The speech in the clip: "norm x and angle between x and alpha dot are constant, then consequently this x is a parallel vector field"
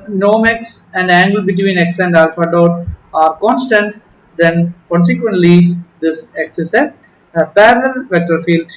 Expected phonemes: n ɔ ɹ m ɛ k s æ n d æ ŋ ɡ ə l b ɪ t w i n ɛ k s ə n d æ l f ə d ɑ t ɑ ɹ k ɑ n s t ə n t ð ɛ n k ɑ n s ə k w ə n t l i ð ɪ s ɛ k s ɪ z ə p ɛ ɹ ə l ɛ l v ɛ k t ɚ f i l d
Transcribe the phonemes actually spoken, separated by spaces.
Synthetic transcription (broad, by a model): n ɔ m ɛ k s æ n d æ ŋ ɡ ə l b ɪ t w i n ɛ k s ə n d æ l f ə d ɑ t ɑ ɹ k ɑ n s t ə n t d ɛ n k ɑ n s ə k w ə n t l i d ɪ s ɛ k s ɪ s ə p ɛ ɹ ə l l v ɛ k t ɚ f i l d